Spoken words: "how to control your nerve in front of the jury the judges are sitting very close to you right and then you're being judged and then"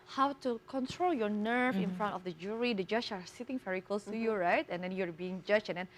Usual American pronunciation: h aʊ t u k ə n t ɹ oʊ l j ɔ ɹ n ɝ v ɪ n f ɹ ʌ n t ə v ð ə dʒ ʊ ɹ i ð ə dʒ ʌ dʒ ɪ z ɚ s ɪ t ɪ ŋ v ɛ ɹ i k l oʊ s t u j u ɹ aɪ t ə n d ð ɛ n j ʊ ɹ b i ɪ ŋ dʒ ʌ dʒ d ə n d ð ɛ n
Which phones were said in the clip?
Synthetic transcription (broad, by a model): h aʊ t u k ə n t ɹ oʊ l j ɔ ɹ n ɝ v ɪ n f ɹ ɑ n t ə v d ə dʒ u ɹ i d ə dʒ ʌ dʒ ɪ s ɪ t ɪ ŋ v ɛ ɹ i k l oʊ s t u j u ɹ aɪ t ə n d ɛ n j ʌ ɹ b i ɪ ŋ dʒ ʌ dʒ ə n d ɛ n